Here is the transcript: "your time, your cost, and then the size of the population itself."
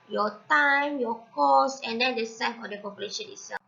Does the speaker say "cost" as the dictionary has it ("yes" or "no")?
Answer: no